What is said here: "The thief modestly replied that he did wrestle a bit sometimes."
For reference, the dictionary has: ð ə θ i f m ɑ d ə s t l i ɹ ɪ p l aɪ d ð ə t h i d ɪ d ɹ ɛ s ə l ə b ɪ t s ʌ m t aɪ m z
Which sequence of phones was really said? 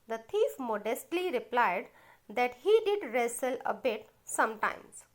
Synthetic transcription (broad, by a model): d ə t i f m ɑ d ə s t l i ɹ ɪ p l aɪ d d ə t h i d ɪ d ɹ ɛ s ə l ə b ɪ t s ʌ m t aɪ m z